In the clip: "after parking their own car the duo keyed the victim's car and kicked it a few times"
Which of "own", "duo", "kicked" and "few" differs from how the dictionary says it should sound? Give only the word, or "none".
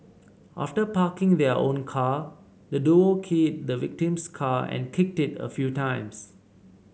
none